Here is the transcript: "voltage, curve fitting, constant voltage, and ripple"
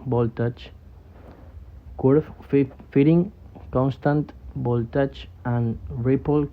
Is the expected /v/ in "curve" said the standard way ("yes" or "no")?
no